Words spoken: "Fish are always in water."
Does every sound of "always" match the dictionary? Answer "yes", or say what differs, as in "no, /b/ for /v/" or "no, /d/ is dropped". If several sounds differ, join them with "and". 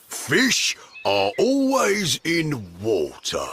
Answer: yes